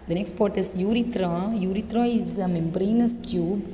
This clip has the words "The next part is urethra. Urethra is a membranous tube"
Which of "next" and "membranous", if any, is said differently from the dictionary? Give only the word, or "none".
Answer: none